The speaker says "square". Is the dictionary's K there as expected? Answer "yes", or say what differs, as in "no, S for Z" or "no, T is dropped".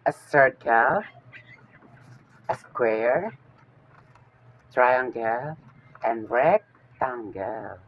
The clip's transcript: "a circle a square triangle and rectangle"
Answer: yes